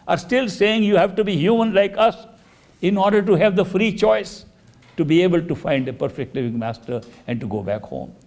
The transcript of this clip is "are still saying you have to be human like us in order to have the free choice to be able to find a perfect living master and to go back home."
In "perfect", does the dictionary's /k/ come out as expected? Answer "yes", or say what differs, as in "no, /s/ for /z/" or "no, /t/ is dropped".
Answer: yes